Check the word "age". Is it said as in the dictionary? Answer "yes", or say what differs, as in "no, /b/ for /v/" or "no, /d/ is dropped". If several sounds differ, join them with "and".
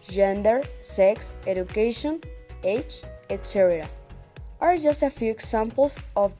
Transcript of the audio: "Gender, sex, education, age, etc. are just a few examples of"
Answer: no, /tʃ/ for /dʒ/